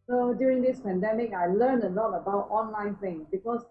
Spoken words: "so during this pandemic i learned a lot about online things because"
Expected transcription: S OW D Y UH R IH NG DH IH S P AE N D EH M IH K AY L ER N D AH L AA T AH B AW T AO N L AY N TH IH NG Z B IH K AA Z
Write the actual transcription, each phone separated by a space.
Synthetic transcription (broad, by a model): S OW D Y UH R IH NG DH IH S P AE N D EH M IH K AY L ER N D AH L AA T AH B AW T AO N L AY N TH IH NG B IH K AA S